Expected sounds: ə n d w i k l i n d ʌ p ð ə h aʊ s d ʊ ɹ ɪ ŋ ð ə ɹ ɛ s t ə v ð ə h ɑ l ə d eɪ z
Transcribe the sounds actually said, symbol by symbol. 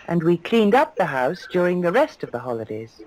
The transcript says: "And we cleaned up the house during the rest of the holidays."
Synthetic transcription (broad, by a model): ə n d w i k l i n d ʌ p ð ə h aʊ s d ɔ ɹ ɪ ŋ ð ə ɹ ɛ s t ə v ð ə h ɑ l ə d eɪ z